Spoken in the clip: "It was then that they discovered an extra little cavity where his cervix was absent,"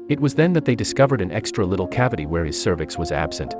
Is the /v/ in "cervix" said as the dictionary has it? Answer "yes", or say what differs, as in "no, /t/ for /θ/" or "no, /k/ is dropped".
yes